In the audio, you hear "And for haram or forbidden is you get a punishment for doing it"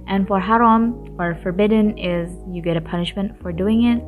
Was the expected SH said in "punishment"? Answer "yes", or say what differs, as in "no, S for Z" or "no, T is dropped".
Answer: yes